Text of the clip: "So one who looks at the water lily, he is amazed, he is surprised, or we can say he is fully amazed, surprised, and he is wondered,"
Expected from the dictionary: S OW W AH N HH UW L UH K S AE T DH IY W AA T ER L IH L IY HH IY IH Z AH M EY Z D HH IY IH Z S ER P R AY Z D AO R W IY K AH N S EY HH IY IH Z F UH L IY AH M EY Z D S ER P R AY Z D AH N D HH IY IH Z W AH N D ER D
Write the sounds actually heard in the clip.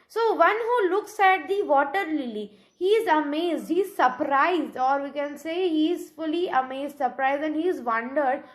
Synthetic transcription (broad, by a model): S OW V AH N HH UW L UH K S AE T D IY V AA T ER L IH L IY HH IY IH Z AH M EY Z D HH IY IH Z S ER P R AY Z D AO R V IY K AH N S EY HH IY IH Z F UH L IY AH M EY Z D S ER P R AY Z D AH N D HH IY IH Z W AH N D ER D